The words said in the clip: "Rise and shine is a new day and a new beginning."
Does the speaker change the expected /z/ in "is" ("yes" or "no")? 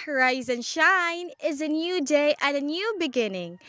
no